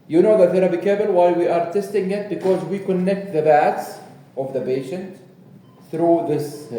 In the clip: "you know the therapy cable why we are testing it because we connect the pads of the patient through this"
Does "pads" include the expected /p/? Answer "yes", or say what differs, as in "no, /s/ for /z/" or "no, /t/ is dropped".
no, /b/ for /p/